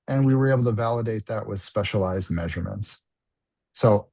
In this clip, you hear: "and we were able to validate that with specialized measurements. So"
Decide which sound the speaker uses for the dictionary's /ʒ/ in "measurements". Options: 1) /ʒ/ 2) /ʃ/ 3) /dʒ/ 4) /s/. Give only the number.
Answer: 1